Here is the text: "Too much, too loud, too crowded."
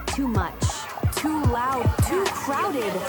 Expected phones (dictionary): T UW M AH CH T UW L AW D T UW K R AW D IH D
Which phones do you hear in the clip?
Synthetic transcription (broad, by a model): T UW M AH CH T UW L AW D T UW K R AW D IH D